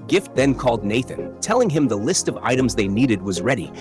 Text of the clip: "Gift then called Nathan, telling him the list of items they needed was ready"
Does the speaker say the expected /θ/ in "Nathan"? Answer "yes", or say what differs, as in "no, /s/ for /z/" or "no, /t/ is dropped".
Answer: yes